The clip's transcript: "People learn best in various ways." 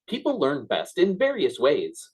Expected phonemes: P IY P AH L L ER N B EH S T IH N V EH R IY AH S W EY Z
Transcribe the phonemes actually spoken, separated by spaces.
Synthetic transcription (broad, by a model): P IY P L L ER N B EH S T IH N V EH R IY AH S W EY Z